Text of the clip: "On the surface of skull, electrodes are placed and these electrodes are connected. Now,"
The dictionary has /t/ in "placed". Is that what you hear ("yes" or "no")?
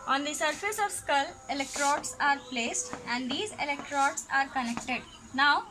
yes